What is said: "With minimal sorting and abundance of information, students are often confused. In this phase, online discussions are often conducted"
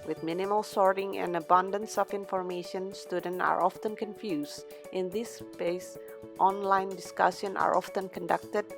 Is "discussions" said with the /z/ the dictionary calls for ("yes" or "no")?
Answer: no